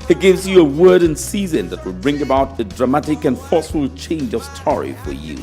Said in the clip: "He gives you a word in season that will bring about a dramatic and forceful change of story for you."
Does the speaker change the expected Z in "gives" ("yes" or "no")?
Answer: no